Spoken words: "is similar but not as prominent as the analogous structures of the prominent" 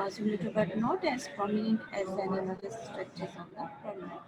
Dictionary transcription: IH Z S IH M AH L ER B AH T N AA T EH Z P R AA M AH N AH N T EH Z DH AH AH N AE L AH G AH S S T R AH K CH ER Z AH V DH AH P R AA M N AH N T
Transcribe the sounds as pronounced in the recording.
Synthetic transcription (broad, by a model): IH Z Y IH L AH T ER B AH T N AA T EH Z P R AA M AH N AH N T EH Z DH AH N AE N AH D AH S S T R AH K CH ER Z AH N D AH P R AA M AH